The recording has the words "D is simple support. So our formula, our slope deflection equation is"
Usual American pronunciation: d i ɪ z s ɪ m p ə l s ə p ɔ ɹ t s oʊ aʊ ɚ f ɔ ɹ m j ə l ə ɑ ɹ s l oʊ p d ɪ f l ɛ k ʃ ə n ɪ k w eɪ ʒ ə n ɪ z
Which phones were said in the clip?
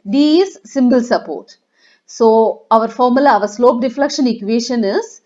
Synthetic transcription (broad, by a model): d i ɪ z s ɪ m b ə l s ə p ɔ ɹ t s oʊ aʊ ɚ f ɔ ɹ m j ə l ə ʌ ɹ s l oʊ p d ɪ f l ɛ k ʃ ə n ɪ k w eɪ ʃ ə n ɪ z